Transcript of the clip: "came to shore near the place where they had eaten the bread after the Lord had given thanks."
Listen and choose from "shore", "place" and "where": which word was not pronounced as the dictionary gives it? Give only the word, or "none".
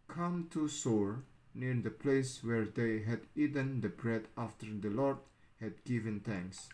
shore